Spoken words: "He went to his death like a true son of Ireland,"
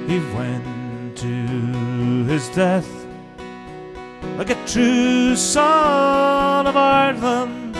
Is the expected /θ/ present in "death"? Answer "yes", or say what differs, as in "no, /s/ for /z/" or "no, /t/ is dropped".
yes